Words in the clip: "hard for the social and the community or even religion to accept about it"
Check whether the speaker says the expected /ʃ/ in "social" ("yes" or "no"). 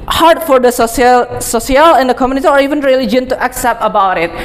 no